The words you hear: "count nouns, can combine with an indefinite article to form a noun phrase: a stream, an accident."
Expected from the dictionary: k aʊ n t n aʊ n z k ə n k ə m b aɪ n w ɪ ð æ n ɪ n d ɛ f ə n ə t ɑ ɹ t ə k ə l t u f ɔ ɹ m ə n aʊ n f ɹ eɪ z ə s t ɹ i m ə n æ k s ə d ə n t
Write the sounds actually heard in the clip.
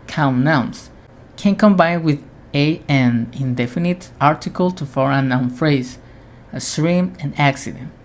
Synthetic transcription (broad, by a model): k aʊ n n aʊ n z k ə n k ə m b aɪ n w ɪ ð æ n ɪ n d ɛ f ə n ə t ɑ ɹ t ə k ə l t u f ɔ ɹ ə n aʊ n f ɹ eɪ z ə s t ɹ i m ə n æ k s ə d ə n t